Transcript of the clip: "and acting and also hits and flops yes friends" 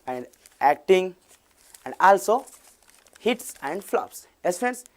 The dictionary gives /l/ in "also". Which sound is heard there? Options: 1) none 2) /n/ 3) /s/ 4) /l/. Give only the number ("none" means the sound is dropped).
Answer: 4